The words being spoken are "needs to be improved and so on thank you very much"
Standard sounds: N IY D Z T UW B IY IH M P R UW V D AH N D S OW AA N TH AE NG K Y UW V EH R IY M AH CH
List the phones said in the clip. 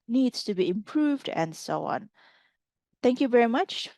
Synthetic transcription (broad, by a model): N IY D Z T UW B IY IH M P R UW V D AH N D S OW AA N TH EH NG K Y UW V EH R IY M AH CH